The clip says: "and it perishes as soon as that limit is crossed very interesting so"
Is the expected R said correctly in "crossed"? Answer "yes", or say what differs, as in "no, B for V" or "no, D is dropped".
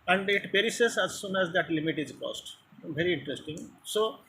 no, R is dropped